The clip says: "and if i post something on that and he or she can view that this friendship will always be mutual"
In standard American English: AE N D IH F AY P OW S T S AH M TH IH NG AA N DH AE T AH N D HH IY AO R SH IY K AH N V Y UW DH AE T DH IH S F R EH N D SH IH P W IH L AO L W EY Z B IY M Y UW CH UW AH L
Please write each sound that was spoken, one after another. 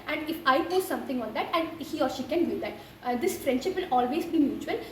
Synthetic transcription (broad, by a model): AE N D IH F AY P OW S S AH M T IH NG AA N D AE T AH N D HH IY AO R SH IY K AH N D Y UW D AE T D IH S F R EH N D SH IH P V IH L AO L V EY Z B IY M Y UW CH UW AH L